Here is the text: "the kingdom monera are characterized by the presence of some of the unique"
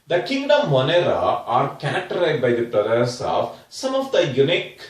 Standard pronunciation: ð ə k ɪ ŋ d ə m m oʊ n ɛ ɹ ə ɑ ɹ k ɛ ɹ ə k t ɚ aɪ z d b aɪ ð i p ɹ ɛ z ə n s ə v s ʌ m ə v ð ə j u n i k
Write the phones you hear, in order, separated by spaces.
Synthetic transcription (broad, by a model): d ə k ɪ ŋ d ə m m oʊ n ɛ ɹ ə ɑ ɹ k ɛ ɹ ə k t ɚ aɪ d b aɪ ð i b ɹ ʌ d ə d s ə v s ʌ m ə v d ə j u n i k